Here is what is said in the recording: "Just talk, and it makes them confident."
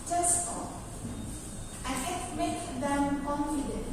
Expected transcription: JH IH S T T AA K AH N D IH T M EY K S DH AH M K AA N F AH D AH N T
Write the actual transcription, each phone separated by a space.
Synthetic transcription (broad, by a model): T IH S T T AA AH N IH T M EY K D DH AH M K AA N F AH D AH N